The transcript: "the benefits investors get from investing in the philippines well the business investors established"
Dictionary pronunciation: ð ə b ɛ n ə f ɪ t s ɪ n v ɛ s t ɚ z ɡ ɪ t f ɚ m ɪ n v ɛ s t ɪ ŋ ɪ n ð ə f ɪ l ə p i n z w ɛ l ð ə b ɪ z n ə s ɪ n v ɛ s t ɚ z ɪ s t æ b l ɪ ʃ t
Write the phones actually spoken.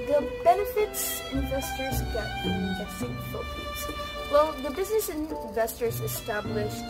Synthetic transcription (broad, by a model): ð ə b ɛ n ə f ɪ t s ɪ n v ɛ s t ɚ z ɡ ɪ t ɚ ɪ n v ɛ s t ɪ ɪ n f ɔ ə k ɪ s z w ɛ l ð ə b ɪ z n ə s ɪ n v ɛ s t ɚ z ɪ s t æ b l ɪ ʃ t